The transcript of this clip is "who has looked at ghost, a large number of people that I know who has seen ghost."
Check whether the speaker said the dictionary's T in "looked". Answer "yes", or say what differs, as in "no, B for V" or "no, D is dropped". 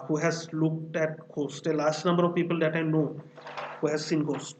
yes